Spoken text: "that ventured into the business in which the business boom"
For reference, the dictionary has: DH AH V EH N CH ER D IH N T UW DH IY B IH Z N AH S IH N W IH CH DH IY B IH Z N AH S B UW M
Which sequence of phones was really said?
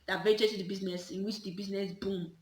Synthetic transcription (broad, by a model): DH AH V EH CH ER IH T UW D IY B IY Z N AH S IH N W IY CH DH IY B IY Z N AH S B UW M